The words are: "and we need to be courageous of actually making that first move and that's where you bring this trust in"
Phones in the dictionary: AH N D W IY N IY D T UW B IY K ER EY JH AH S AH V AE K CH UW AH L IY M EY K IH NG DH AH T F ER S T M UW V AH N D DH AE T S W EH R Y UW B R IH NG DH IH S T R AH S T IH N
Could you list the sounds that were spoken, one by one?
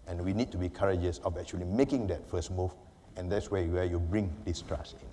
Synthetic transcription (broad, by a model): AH N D W IY N IY D T UW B IY K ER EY JH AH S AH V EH K CH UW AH L IY M EY K IH NG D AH T F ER S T M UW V AH N D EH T S W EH W Y UW B R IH NG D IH S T R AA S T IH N